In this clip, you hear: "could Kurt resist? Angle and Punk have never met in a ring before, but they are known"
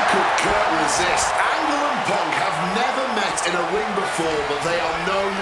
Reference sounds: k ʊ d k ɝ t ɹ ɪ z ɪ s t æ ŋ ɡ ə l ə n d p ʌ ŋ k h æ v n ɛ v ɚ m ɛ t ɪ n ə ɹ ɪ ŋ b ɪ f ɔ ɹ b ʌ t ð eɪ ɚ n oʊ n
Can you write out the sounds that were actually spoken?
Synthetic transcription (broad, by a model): k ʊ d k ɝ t ɹ ɪ z ɪ s t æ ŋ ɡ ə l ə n p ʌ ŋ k h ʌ v n ɛ v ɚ m ɛ t ɪ n ə w ɪ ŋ b ɪ f ɔ ɹ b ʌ t ð eɪ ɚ n oʊ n